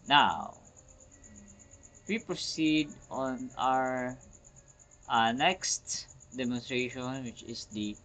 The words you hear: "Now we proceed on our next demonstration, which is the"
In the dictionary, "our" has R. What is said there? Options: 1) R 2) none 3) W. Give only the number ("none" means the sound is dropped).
1